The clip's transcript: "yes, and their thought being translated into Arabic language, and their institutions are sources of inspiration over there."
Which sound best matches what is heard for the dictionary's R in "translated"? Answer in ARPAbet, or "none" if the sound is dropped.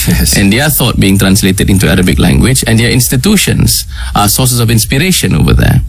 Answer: R